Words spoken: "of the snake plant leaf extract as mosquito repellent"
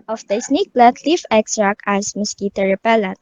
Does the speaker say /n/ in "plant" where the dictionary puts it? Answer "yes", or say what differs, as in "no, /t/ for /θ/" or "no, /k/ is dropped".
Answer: no, /n/ is dropped